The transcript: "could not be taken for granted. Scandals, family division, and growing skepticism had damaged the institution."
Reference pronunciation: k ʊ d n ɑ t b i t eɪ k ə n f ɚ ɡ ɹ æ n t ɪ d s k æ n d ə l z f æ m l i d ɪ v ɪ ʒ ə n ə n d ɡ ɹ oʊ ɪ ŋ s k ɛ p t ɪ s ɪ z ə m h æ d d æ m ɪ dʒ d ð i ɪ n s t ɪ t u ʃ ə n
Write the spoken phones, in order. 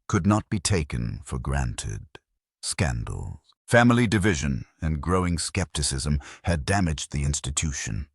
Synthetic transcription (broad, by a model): k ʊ d n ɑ t b i t eɪ k ə n f ɚ ɡ ɹ æ n t ɪ d s k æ n d l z f æ m l i d ɪ v ɪ ʒ ə n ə n ɡ ɹ oʊ ɪ ŋ s k ɛ p t ɪ s ɪ z ə m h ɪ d d æ m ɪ dʒ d ð i ɪ n s t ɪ t u ʃ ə n